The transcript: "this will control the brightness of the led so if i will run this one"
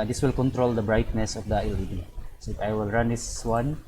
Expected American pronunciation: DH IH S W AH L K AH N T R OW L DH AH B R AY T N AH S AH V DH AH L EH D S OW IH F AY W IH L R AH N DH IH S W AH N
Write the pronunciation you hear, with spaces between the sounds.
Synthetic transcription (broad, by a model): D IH S W AH L K AH N T R OW L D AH B R AY T N AH S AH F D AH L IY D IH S AY W IH L R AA N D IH S W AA N